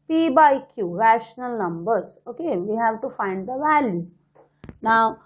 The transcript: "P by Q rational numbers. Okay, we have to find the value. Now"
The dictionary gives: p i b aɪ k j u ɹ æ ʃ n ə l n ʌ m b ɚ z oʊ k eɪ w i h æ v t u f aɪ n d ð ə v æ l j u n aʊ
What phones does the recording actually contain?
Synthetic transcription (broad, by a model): p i b aɪ k j u ɹ æ ʃ n ə l n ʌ m b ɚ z oʊ k eɪ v i h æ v t u f aɪ n d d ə v æ l j u n aʊ